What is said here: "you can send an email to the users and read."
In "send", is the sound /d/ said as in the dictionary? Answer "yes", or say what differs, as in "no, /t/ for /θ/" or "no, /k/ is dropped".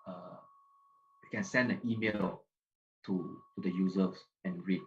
yes